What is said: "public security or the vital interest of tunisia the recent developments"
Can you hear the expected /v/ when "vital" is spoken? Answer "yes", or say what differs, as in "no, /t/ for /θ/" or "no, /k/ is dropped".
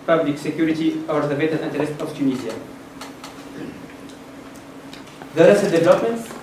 no, /b/ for /v/